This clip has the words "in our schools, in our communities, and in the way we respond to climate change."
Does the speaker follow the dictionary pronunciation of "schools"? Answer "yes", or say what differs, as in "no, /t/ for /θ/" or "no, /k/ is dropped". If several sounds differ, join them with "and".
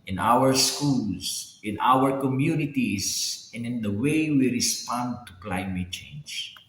no, /s/ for /z/